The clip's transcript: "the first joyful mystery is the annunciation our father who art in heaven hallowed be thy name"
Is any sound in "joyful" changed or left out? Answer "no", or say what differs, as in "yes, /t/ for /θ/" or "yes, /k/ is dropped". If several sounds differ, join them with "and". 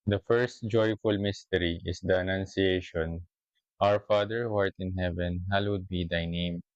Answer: no